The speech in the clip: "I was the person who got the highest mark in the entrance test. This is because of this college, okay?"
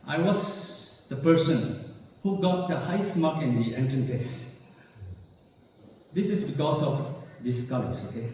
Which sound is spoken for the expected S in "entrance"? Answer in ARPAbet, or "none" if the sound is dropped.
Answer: none